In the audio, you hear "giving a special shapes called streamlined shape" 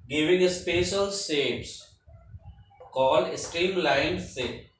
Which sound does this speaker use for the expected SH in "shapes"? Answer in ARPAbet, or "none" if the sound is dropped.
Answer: S